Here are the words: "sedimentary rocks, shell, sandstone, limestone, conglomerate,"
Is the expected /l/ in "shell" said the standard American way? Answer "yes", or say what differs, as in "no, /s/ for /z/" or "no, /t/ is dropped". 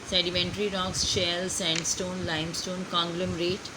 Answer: yes